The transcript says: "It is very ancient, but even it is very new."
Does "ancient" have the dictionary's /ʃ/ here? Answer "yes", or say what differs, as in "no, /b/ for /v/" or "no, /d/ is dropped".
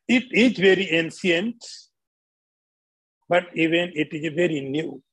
no, /s/ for /ʃ/